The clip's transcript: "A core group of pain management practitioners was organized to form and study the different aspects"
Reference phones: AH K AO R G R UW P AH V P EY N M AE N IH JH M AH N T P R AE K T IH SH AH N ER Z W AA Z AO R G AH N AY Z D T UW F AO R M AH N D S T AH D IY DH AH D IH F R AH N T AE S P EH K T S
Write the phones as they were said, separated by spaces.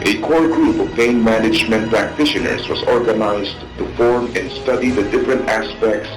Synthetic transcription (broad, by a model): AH K AO R G R UW P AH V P EY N M AE N IH JH M AH N T P R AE K T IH SH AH N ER S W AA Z AO R G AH N AY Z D T UW F AO R M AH N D S T AH D IY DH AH D IH F R AH N T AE S P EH K T S